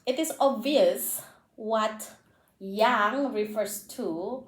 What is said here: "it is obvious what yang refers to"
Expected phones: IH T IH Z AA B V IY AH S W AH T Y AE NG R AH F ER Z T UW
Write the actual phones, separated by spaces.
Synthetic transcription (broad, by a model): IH T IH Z AA B V IY AH S W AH T Y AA NG R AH F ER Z T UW